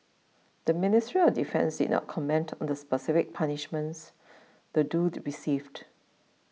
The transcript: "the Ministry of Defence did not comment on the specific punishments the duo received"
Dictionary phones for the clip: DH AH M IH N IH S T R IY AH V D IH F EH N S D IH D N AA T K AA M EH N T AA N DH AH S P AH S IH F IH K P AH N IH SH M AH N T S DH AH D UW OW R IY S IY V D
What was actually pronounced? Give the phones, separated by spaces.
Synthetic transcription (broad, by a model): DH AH M IH N IH S T R IY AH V D IH F EH N S D IH D N AA T K AA M EH N T AA N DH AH S P AH S IH F IH K P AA N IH SH M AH N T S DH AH D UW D R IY S IY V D